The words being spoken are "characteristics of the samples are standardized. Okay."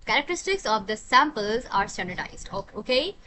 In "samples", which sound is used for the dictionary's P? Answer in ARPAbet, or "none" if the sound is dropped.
P